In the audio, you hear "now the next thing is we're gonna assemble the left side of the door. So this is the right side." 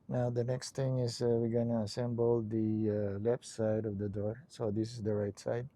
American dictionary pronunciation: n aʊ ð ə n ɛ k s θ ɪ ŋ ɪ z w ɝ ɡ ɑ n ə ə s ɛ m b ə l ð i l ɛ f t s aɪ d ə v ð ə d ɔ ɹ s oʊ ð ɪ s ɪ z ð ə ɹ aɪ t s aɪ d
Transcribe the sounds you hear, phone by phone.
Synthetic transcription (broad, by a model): n aʊ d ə n ɛ k s t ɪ ŋ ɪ s w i ɡ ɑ n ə ə s ɛ m b ə l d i l ɛ f t s aɪ d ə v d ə d ɔ ɹ s oʊ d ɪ s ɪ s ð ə ɹ aɪ t s aɪ d